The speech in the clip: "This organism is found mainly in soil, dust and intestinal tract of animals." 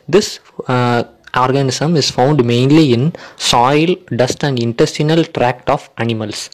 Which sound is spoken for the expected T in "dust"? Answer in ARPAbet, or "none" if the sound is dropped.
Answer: T